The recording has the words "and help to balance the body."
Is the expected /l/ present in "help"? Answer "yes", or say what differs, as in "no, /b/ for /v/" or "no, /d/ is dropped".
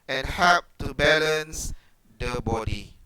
no, /l/ is dropped